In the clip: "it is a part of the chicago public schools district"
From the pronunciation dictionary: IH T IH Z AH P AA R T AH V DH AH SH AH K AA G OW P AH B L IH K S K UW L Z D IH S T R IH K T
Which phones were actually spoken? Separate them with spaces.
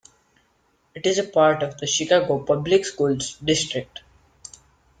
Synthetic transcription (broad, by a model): IH T IH Z AH P AA R T AH V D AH SH AH K AA G OW P AH B L IH K S K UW L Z D IH S T R IH K T